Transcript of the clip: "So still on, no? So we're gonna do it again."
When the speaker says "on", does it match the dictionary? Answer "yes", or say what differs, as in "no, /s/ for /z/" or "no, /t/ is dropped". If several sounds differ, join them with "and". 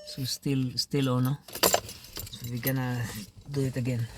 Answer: no, /l/ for /n/